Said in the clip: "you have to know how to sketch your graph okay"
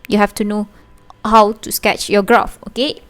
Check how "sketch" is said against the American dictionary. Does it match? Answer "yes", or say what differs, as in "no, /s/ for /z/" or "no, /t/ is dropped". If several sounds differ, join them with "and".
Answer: yes